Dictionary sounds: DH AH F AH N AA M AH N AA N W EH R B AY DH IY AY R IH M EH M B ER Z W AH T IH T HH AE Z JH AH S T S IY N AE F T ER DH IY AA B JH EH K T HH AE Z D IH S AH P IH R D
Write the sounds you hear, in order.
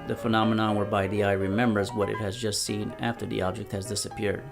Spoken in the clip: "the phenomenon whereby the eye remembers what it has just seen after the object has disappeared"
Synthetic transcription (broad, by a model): DH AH F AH N AA M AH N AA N W EH R B AY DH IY AY R IH M EH M B ER Z W AH T IH T HH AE Z JH AH S T S IY N AE F T ER DH IY AA B JH EH K T HH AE Z D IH S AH P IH R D